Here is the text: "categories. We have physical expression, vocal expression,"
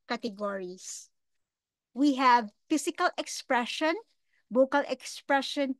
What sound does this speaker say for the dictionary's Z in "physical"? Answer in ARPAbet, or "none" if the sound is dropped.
S